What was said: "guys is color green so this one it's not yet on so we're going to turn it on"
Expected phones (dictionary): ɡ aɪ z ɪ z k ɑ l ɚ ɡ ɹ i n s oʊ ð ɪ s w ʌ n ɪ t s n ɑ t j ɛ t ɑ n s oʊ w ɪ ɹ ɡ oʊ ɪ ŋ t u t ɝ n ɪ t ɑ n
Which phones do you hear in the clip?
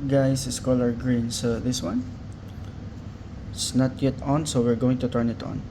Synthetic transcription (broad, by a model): ɡ aɪ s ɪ s k ɑ l ɚ ɡ ɹ i n s oʊ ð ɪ s w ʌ n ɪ s n ɑ t j ɛ t ɑ n s oʊ w ɪ ɹ ɡ oʊ ɪ ŋ t u t ɝ n ɪ t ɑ n